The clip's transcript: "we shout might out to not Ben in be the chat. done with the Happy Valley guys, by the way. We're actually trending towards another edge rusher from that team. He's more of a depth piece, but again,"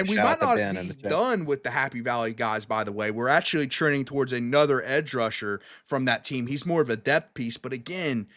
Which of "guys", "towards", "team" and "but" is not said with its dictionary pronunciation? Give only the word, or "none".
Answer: none